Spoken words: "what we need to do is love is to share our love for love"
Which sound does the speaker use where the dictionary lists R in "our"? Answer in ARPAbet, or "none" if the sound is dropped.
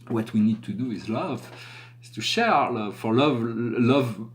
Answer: R